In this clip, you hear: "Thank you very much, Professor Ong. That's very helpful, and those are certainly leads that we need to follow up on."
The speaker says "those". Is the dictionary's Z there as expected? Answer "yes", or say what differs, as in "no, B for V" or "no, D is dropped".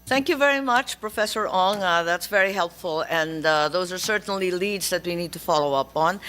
yes